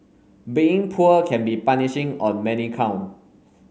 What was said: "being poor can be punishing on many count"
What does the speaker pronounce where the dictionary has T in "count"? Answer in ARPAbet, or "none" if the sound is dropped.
none